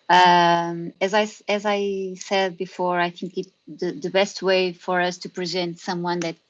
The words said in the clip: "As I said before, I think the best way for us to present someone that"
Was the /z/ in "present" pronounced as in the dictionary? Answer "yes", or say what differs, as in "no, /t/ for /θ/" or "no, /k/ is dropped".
yes